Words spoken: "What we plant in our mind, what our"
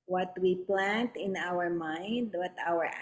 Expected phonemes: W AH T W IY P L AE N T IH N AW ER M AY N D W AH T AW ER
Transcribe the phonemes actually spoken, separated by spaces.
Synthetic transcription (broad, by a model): W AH T W IY P L AE N T IH N AW ER M AY N D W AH T AW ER